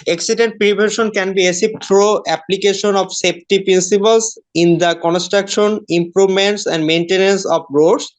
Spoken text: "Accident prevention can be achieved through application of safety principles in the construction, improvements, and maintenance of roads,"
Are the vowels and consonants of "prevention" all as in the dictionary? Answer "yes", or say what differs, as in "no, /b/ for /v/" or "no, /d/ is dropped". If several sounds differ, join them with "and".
no, /b/ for /v/ and /n/ is dropped